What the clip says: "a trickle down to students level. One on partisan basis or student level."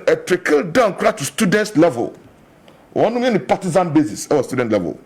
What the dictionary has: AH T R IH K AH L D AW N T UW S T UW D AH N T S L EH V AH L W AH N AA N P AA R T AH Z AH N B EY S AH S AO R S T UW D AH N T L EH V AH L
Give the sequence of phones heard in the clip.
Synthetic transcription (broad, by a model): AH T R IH K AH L D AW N T UW S T UW D AH N T S L EH V AH L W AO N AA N P AA T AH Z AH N B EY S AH S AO W S T UW D AH N T L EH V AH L